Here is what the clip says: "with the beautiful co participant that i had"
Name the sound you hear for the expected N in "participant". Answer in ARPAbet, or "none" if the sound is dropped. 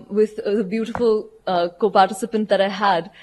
N